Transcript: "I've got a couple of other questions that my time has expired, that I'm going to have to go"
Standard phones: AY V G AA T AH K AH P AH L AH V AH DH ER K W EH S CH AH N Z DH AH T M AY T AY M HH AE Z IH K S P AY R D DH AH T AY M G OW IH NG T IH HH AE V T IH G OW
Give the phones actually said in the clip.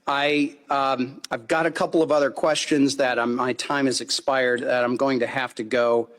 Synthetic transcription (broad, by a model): AY V G AA T AH K AH P L AH V AH DH ER K W EH S CH AH N Z DH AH T M AY T AY M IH Z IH K S P AY R D DH AH T AY M G OW IH NG T IH HH AE F T IH G OW